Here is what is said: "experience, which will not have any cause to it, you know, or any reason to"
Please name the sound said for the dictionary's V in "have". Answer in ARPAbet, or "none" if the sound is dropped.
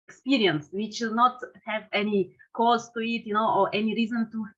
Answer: V